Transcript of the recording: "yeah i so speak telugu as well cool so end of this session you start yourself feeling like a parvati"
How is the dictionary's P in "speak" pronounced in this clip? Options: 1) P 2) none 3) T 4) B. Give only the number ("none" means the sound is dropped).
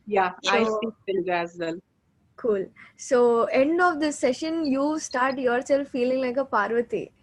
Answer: 2